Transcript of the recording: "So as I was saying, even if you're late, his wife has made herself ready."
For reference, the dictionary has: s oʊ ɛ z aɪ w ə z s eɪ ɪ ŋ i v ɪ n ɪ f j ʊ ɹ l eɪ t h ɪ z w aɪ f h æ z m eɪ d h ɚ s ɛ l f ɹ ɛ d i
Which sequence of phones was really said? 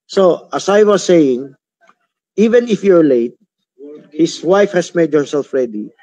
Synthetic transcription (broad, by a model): s oʊ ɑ s aɪ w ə s eɪ ɪ ŋ i v ɪ n ɪ f j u ɹ l eɪ t h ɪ s w aɪ f h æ s m eɪ d h ɚ s ɛ l f ɹ ɛ d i